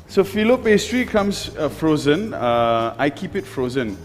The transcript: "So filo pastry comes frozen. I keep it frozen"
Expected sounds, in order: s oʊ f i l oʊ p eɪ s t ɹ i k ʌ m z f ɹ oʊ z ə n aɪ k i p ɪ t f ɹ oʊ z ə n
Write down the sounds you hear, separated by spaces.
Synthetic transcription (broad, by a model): s oʊ f i l oʊ p eɪ s t ɹ i k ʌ m s f ɹ oʊ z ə n aɪ k i p ɪ t f ɹ oʊ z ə n